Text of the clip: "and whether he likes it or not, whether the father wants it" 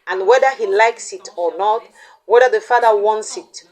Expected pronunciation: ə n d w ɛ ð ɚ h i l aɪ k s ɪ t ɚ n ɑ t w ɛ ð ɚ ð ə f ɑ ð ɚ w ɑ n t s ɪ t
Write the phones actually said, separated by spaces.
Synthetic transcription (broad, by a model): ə n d w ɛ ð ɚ h i l aɪ k s ɪ t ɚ n ɑ t w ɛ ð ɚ ð ə f ɑ ð ɚ w ɑ n t s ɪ t